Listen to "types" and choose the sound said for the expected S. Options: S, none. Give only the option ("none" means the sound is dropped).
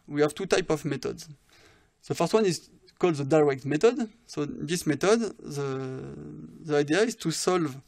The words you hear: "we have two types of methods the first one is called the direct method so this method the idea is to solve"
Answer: none